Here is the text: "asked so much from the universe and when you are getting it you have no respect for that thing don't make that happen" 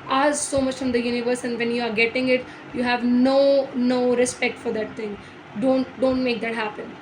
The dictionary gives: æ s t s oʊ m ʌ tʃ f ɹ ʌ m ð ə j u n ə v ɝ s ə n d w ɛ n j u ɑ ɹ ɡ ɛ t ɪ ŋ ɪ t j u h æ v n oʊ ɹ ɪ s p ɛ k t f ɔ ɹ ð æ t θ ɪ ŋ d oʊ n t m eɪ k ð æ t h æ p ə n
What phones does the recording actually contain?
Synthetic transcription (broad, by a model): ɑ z s oʊ m ʌ tʃ f ɹ ʌ m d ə j u n ə v ɝ s ə n d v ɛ n j u ɑ ɹ ɡ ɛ t ɪ ŋ ɪ t j u h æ v n oʊ ɹ ɪ s p ɛ k t f ɔ ɹ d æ t t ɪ ŋ d oʊ n t m eɪ k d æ t h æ p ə n